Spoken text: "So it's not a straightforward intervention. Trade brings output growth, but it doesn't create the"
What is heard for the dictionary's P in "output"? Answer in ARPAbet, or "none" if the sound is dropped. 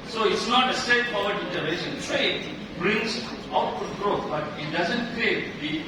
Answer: none